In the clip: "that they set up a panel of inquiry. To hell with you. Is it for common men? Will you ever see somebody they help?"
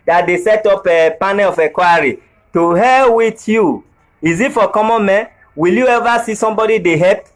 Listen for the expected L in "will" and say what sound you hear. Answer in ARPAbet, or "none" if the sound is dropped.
L